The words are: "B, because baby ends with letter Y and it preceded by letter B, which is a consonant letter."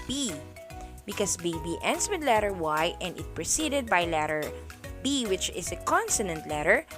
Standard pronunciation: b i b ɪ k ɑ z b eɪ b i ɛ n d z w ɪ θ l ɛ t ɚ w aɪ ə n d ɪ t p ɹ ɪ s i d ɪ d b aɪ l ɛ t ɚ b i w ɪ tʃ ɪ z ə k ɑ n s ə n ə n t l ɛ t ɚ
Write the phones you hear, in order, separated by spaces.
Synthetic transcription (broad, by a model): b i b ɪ k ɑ s b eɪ b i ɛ n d s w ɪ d l ɛ t ɚ w aɪ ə n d ɪ t p ɹ ɪ s i d ɪ d b aɪ l ɛ t ɚ b i w ɪ tʃ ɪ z ə k ɑ n s ə n ə n t l ɛ t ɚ